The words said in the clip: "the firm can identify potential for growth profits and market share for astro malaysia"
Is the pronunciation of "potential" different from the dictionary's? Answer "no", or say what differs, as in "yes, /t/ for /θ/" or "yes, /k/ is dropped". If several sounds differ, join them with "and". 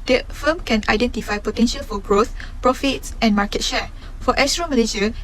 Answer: no